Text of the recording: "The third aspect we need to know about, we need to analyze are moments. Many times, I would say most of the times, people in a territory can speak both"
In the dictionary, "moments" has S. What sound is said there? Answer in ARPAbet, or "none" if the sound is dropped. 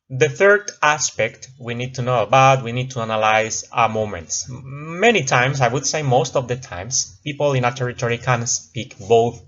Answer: S